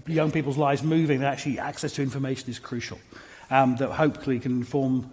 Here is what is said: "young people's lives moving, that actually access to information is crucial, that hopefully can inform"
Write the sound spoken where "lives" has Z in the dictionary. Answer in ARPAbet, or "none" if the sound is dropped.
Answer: Z